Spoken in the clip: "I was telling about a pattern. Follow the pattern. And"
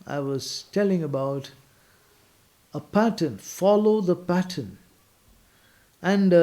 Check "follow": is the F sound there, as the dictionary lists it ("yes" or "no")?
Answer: yes